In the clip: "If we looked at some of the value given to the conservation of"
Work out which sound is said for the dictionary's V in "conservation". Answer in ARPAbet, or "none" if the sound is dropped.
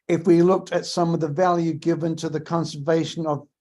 V